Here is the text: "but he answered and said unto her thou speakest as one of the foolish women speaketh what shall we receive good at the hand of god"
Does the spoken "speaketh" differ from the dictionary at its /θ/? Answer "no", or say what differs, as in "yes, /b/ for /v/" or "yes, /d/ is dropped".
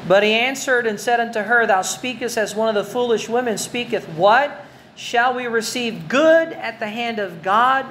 no